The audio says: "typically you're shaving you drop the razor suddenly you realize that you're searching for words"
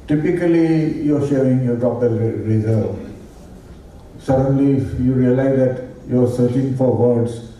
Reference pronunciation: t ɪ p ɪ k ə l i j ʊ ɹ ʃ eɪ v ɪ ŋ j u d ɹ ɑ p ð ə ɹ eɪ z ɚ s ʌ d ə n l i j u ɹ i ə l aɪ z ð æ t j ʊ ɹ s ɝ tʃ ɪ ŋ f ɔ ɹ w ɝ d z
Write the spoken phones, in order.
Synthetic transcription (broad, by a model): t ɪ p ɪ k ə l i j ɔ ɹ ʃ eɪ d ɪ ŋ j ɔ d ɑ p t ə ɹ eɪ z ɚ s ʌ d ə n l i j u ɹ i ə l aɪ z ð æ t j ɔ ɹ s ɝ tʃ ɪ ŋ f ɔ ɹ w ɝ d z